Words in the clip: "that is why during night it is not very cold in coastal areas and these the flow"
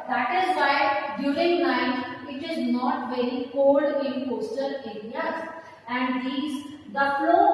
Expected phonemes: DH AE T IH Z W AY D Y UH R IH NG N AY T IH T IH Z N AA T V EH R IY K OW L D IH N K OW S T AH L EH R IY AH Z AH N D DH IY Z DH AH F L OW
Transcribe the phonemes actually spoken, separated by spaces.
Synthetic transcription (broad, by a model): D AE T IH Z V AY D Y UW R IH NG N AY T IH T IH Z N AA T V EH R IY K OW L D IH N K OW S T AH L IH L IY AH AH N D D IY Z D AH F L OW